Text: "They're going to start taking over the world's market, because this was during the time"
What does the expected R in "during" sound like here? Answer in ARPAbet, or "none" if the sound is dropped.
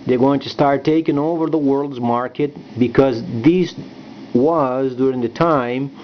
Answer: R